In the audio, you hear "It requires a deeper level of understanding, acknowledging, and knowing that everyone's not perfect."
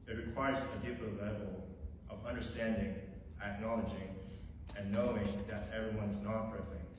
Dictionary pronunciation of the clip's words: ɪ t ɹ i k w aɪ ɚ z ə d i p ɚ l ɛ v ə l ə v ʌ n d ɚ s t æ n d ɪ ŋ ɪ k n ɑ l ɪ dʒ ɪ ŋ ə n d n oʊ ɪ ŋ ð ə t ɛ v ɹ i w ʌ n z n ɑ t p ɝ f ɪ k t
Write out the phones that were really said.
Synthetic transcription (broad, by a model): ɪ t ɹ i k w aɪ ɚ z ə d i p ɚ l ɛ v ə l ə v ʌ n d ɚ s t æ n d ɪ ŋ ɪ k n ɑ l ɪ dʒ ɪ ŋ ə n n oʊ ɪ ŋ ð ə t ɛ v ɹ i w ʌ n z n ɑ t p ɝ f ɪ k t